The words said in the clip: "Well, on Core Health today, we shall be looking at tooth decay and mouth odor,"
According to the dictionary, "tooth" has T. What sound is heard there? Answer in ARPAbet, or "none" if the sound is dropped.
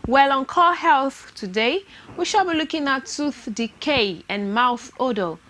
S